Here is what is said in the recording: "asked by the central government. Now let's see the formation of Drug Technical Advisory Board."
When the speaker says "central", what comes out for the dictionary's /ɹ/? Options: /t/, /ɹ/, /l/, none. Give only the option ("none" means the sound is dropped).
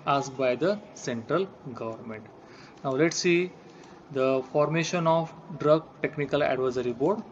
/ɹ/